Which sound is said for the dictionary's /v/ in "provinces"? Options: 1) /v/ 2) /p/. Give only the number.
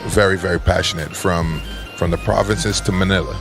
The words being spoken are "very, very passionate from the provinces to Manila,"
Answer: 1